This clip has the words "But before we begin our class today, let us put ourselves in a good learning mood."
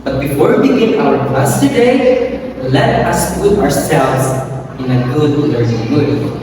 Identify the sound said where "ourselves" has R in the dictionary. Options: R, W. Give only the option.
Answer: R